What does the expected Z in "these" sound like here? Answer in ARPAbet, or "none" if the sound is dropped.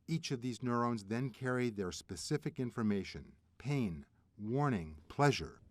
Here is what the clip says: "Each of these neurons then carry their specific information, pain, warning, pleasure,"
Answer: Z